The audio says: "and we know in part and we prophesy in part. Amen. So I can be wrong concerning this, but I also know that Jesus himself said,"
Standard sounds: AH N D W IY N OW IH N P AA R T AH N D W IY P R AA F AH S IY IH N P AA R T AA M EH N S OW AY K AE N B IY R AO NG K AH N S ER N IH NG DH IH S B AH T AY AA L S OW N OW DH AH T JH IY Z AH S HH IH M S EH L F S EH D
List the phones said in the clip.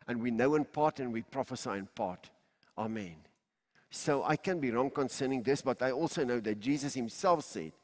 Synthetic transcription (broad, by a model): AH N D W IY N OW IH N P AA R T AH N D W IY P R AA F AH S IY IH N P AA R T AA M EH N S OW AY K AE N B IY R AO NG K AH N S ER N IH NG DH IH S B AH T AY AA L S OW N OW DH AH T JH IY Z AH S HH IH M S EH L F S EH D